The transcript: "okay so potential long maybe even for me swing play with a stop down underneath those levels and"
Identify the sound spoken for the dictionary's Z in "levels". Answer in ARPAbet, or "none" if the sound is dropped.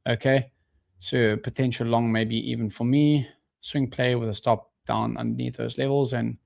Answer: Z